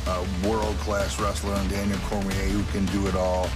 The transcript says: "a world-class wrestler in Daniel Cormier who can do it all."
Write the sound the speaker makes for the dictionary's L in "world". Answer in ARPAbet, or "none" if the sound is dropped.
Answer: L